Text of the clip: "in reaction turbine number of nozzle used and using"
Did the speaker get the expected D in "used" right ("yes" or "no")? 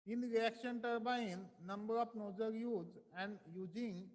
no